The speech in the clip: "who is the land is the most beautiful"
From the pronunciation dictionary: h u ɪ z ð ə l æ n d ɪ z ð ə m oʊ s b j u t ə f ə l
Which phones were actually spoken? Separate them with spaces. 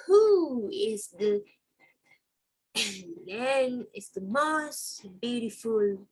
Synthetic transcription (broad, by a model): h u ɪ z ð ə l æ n ɪ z ð ə m oʊ s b j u t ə f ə l